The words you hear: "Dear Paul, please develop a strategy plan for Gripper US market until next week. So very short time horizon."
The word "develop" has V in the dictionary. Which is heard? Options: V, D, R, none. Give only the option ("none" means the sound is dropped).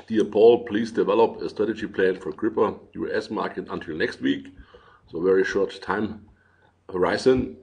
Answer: V